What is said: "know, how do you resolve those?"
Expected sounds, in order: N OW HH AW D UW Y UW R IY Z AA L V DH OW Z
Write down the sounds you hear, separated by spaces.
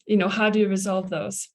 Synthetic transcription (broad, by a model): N OW HH AW D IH Y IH R IY Z AA L V DH OW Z